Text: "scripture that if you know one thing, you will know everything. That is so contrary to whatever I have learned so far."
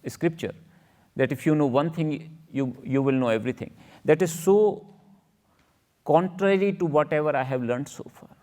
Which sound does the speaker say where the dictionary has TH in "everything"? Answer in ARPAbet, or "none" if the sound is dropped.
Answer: T